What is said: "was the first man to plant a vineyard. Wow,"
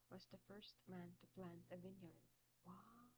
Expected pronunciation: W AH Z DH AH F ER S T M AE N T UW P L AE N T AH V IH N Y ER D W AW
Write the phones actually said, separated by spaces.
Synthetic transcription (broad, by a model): W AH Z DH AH F ER S T M AE N T UW P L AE N AH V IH N Y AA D W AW